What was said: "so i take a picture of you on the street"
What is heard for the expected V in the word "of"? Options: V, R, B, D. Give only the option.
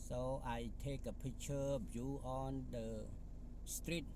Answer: B